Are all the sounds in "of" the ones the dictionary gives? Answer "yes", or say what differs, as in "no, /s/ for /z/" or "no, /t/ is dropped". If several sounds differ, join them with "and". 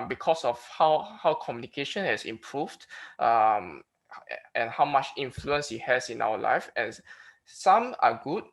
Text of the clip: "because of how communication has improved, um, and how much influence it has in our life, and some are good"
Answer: no, /w/ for /v/